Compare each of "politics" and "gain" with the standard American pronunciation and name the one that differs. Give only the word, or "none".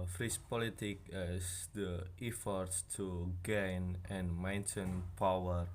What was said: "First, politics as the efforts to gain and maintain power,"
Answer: politics